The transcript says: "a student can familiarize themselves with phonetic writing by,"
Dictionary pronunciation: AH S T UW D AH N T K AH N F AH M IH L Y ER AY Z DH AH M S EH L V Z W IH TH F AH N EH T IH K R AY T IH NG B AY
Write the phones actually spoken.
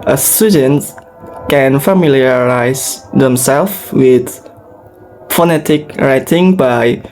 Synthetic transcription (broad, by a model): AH S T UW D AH N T K AH N F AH M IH L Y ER AY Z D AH M S EH L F W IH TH F AH N EH T IH K R AY T IH NG B AY